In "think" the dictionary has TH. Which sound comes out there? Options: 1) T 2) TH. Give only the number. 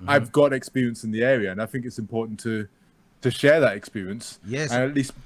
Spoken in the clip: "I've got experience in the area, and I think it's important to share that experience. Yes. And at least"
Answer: 2